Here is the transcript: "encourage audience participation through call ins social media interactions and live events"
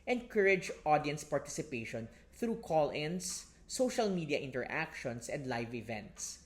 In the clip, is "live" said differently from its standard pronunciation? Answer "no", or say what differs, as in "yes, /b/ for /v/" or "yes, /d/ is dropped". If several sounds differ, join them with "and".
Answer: no